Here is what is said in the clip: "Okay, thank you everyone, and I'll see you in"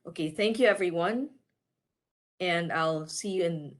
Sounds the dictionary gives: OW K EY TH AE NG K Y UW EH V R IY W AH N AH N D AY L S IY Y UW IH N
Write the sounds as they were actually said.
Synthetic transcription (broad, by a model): OW K EY TH AE NG K Y UW EH V R IY W AH N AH N AY L S IY Y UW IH N